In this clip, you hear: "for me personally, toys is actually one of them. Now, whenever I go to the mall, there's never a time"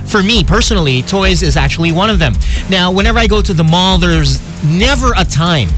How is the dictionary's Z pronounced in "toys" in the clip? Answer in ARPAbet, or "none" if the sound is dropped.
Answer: Z